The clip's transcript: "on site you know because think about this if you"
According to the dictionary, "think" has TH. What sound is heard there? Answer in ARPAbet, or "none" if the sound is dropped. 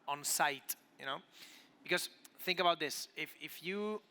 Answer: TH